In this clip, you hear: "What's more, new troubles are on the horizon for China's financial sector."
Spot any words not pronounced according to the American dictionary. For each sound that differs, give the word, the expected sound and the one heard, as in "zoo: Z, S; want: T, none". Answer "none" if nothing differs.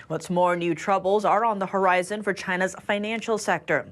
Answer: none